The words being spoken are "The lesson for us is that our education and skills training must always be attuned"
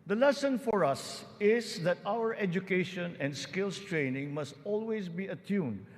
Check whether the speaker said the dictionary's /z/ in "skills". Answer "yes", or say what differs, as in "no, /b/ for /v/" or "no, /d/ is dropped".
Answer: no, /s/ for /z/